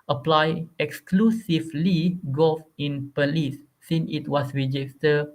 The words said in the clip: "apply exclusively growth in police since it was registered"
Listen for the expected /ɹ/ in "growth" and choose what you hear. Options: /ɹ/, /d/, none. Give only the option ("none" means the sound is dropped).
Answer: none